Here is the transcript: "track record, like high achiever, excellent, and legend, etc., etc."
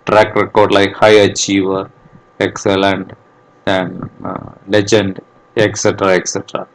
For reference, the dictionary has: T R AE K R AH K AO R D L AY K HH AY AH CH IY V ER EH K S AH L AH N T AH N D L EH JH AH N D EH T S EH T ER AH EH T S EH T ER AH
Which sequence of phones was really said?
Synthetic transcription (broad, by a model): T R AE K R AH K AO R D L AY K HH AY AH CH IY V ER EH K S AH L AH N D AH N L EH JH AH N D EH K S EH T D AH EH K S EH T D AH